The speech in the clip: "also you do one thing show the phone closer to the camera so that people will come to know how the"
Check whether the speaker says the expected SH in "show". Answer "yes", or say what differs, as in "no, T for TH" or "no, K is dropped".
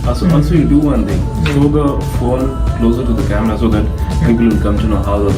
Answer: no, S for SH